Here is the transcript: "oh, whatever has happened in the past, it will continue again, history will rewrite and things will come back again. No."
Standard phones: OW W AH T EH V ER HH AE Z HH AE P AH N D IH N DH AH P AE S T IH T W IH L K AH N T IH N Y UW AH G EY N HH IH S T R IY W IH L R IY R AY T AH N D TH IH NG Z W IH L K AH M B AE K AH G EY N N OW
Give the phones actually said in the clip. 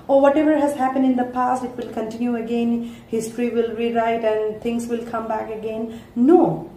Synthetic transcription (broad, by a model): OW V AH T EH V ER HH AE Z HH AE P AH N D IH N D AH P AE S T IH T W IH L K AH N T IH N Y UW AH G EY N HH IH S T R IY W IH L R IY R AY T AH N D T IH NG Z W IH L K AH M B AE K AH G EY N N OW